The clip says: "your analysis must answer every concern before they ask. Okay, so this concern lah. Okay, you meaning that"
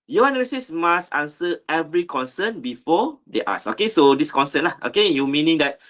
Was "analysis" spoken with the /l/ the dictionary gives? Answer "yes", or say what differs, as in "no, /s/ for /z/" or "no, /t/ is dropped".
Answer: no, /l/ is dropped